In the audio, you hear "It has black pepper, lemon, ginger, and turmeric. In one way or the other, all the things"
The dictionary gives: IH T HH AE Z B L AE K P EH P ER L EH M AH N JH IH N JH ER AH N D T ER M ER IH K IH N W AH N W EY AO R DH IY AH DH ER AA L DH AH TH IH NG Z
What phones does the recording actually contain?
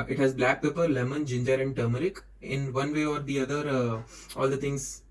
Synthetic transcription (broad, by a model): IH T HH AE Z B L AE K P EH P ER L EH M AH N JH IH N JH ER AH N D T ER M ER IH K IH N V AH N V EY AO R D IY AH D ER AA L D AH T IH NG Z